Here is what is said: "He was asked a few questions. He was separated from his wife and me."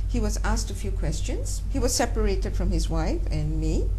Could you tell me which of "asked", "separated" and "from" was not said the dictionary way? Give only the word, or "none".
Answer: none